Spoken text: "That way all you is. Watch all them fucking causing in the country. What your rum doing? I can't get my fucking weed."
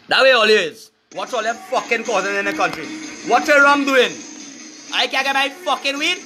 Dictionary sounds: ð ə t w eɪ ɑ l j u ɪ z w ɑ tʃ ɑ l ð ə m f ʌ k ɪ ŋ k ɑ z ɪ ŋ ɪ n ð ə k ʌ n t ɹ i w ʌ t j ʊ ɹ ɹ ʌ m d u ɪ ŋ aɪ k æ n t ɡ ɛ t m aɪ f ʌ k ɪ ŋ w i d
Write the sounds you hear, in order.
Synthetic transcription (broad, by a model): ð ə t w eɪ ɑ l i ɪ z w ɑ s ɑ l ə f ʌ k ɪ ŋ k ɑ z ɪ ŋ ɪ n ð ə k ʌ n t ɹ i w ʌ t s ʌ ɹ ɹ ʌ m d u ɪ ŋ aɪ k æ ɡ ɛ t m aɪ f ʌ k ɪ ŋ w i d